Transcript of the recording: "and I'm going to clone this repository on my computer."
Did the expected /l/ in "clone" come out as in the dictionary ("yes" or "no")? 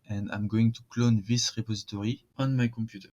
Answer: yes